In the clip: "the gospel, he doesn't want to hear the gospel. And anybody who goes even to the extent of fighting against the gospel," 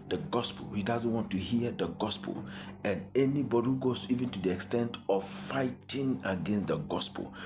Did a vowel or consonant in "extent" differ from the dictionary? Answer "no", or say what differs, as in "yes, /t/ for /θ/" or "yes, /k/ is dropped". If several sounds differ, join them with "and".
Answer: no